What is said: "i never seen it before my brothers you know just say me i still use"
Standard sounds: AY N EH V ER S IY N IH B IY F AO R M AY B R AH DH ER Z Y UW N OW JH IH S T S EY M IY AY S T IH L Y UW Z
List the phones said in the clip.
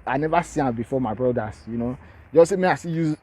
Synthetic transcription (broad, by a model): AY N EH V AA S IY IH B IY F AO M AY B R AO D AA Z Y UW N OW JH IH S S EY M IY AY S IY Y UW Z